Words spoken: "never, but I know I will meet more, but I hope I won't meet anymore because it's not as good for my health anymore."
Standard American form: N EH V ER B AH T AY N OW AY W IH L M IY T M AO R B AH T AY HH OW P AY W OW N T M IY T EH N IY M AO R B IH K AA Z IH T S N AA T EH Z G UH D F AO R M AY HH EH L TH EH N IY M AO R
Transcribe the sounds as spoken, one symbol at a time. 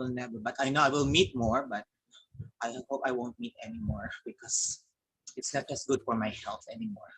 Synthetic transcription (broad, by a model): N EH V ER B AH T AY N OW AY W IH L M IY T M AO R B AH T AY HH OW P AY W OW N T M IY T EH N IY M AO R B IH K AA S IH T S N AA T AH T G UH D F AO R M AY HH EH L F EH N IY M AO R